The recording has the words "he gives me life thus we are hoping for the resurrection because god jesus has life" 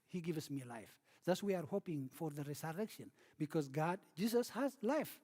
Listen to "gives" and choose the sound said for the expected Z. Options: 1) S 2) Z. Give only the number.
1